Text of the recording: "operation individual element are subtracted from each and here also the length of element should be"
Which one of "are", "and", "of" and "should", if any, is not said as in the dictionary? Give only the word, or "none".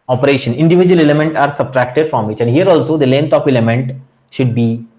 of